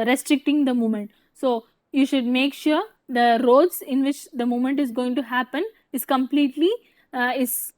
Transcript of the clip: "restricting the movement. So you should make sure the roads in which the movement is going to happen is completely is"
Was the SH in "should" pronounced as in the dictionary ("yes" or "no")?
yes